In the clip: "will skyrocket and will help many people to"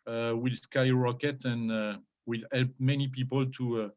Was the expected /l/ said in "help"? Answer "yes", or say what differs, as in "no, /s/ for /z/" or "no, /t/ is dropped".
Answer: yes